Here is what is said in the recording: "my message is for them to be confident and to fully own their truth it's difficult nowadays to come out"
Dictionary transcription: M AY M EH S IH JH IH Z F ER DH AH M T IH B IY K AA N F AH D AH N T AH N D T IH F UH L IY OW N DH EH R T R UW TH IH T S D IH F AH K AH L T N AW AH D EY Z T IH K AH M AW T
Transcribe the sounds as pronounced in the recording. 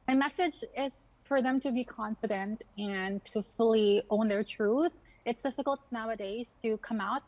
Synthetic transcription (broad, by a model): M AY M EH S IH JH IH Z F ER DH AH M T IH B IY K AA N F AH D AH N T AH N T IH F UH L IY OW N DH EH R T R UW TH IH T S D IH F AH K AH L T N AW AH D EY Z T IH K AH M AW T